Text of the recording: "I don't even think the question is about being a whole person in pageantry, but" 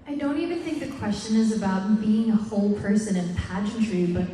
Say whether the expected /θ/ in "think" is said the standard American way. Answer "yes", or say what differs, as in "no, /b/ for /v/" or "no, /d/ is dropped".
yes